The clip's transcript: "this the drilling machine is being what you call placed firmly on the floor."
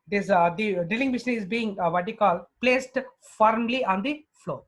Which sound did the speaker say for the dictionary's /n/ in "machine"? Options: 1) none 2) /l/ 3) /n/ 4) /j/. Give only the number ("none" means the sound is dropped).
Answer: 1